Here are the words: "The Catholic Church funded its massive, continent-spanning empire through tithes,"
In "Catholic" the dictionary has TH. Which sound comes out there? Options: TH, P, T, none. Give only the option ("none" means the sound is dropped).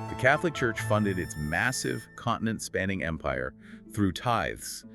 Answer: TH